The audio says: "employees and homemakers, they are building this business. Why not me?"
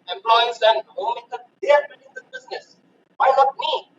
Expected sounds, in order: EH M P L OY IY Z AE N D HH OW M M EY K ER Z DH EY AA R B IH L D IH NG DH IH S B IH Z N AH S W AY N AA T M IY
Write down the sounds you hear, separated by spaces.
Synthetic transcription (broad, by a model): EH M P L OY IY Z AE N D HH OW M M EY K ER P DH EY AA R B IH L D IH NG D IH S B IH Z N AH S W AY N AA T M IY